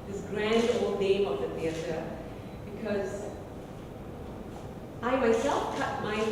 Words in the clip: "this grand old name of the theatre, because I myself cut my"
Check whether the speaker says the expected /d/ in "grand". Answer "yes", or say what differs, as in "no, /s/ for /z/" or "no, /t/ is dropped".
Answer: yes